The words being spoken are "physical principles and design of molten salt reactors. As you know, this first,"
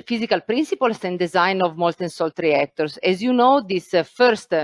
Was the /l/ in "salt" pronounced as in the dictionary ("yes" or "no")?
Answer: yes